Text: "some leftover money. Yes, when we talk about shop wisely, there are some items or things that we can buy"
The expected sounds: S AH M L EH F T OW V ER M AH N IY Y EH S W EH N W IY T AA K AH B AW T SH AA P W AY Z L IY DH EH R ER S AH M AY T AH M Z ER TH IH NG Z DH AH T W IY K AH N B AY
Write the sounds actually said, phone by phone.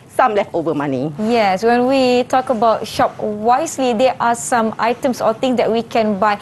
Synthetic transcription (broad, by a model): S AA M L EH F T OW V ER M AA N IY Y EH S W EH N W IY T AA K AH B AW T SH AA P W AY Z L IY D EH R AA S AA M AY T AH M S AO T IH NG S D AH T W IY K AH N B AY